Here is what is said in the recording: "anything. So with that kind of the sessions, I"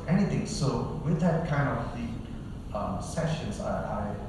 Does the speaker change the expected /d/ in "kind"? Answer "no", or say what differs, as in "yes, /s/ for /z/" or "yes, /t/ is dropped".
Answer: no